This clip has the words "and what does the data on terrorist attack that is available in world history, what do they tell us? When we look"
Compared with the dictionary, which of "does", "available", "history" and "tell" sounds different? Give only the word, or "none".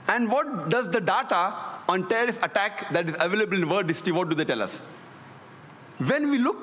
history